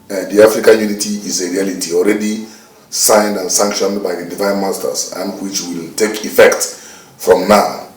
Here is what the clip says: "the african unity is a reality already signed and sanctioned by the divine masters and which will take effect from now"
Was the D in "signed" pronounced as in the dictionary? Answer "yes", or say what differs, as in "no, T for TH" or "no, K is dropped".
yes